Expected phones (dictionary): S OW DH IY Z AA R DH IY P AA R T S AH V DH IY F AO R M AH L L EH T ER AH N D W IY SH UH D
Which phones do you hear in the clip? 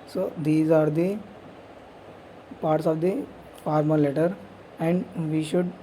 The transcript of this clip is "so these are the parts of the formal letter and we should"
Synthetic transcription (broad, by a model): S OW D IY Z AA R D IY P AA R T S AH V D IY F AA R M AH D L EH T ER AH N D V IY SH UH D